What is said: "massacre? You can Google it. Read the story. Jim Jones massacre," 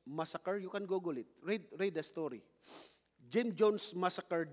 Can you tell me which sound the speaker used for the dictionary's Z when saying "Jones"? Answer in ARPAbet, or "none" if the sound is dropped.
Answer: S